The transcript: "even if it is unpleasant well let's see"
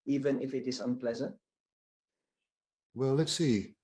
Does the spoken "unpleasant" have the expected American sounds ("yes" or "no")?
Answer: yes